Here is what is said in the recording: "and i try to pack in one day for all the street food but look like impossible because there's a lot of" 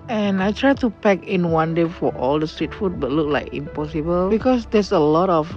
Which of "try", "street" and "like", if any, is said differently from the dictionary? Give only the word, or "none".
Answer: none